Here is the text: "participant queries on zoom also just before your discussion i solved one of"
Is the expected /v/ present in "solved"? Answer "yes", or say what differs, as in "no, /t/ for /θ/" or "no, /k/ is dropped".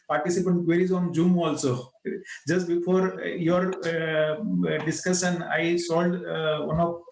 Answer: no, /v/ is dropped